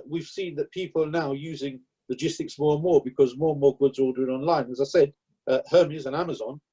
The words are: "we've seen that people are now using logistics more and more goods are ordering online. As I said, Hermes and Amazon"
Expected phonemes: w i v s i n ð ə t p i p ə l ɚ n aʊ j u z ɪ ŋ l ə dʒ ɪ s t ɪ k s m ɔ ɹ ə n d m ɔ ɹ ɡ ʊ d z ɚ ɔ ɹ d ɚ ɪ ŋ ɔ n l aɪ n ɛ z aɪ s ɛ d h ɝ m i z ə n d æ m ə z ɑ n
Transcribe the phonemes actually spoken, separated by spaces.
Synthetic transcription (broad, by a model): w i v s i n ð ə t p i p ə l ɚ n aʊ j u z ɪ ŋ l ə dʒ ɪ s t ɪ k s m ɔ ɹ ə n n m ɔ ɹ ɡ ʊ d z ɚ ɔ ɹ d ɚ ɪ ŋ ɔ n l aɪ n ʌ z aɪ s ɛ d h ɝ m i z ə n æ m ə z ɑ n